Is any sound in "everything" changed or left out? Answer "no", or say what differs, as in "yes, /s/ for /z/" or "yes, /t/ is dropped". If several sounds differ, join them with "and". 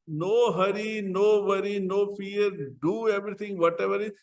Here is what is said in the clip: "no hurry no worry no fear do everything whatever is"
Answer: yes, /t/ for /θ/